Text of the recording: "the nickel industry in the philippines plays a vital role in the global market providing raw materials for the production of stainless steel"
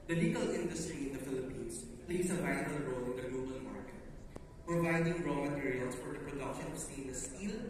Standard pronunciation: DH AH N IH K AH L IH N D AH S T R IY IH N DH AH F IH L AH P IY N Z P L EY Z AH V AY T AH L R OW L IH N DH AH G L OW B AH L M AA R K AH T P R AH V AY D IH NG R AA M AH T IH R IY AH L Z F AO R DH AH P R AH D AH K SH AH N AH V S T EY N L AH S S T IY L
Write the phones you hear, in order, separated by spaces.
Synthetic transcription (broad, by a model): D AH L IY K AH L IH N D AH S T R IY IH N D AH F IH L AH P IY N S P L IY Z AH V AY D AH R OW L IH N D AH G L OW B AH L M AA R K AH T P R AH V AY D IH NG R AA M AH T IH R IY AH L S F AO R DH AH P R AH D AH K SH AH N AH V S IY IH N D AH S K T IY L